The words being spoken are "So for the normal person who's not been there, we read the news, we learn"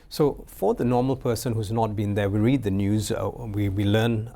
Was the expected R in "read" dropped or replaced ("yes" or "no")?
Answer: no